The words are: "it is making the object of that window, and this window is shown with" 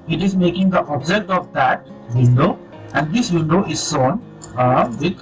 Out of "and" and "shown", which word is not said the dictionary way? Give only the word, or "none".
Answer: shown